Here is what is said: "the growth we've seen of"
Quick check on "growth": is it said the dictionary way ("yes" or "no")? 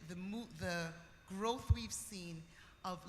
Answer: yes